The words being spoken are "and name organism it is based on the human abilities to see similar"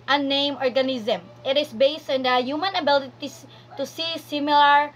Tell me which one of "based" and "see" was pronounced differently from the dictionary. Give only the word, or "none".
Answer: none